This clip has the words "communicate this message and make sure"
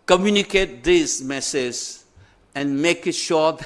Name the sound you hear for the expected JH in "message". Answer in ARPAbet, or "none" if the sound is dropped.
Z